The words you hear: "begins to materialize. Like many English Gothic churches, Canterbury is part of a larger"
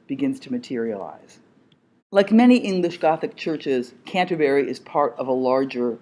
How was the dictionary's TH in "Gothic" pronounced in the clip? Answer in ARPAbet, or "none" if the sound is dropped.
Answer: TH